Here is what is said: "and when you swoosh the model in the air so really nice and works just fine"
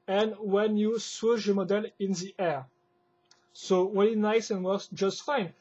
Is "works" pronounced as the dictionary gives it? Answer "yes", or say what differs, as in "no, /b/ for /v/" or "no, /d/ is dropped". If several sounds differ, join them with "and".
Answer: no, /k/ is dropped